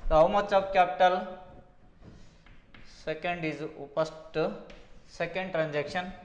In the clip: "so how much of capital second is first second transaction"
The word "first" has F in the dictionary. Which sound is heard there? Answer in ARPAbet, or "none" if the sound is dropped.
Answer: P